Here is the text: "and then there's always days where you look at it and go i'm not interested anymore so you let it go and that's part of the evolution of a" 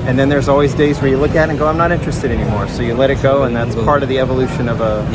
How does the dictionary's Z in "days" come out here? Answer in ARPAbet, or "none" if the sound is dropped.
Z